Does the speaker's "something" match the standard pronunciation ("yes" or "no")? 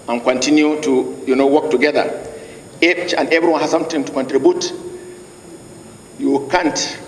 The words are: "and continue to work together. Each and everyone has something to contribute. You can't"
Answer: no